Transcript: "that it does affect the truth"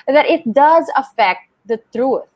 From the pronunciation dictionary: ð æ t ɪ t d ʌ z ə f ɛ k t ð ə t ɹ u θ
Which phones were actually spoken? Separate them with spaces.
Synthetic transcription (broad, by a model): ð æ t ɪ t d ʌ z ə f ɛ k t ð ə t ɹ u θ